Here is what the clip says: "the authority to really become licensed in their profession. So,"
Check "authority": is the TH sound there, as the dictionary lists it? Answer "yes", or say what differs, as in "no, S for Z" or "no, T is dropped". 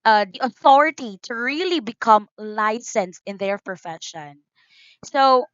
yes